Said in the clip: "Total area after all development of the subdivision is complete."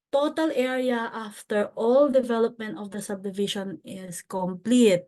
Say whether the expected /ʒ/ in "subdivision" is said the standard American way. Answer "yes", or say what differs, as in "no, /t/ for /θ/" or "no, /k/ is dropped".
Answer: no, /ʃ/ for /ʒ/